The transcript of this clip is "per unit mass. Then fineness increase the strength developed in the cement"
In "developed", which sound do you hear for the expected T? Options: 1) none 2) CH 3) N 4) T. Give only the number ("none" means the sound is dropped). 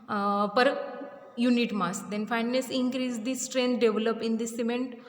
1